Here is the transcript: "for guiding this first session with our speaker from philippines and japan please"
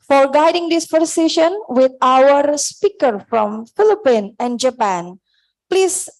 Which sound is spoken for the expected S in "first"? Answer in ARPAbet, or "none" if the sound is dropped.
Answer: none